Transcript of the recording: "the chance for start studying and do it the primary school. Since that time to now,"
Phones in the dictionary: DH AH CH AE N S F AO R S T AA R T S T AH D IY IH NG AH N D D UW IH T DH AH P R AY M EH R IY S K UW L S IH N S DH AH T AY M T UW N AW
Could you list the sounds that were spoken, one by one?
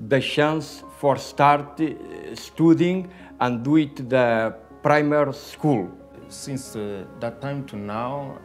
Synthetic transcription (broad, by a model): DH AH SH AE N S F AO R S T AA R T S T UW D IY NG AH N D D UW IH T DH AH P R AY M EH R S K UW L S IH N S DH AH T AY M T UW N AW